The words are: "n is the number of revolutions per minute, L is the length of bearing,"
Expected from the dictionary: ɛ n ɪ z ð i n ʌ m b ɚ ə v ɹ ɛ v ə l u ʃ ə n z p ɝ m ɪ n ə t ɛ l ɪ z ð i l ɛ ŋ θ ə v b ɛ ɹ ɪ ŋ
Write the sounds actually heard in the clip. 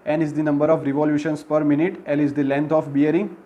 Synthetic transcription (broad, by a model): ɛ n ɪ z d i n ʌ m b ɚ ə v ɹ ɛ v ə l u ʃ ə n s p ɝ m ɪ n ə t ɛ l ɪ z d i l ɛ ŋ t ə f b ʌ ɹ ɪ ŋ